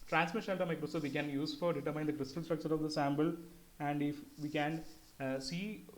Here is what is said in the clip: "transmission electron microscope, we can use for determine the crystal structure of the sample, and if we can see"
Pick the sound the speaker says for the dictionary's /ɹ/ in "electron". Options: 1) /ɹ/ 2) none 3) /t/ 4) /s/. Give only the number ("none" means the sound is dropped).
2